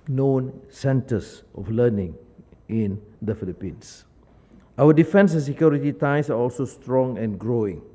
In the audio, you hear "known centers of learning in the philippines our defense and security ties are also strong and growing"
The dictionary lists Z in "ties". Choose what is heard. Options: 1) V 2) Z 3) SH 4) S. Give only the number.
4